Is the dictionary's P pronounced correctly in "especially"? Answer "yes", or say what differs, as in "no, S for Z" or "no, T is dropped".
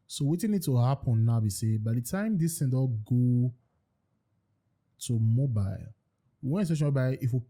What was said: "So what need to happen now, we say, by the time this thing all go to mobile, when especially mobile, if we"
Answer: no, P is dropped